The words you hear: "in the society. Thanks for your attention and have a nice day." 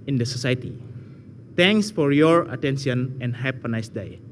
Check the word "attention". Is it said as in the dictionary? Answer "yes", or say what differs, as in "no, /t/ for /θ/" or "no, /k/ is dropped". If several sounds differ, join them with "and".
no, /s/ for /ʃ/